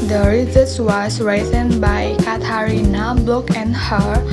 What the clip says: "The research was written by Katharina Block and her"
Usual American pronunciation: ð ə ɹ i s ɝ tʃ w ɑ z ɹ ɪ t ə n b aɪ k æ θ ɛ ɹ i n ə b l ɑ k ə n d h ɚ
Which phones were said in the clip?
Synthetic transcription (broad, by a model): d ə ɹ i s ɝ s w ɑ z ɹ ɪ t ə n b aɪ k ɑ t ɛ ɹ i n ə b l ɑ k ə n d h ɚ